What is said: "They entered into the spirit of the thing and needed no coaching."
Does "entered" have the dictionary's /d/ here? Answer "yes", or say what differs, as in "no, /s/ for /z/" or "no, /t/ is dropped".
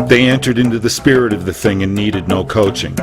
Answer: yes